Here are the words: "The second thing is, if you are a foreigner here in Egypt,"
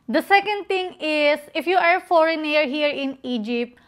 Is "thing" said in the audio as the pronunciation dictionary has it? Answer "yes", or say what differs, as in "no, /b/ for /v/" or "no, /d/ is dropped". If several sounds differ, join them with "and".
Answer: no, /t/ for /θ/